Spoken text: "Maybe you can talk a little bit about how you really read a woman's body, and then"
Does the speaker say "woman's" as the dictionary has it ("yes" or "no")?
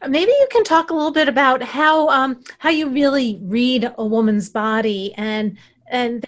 yes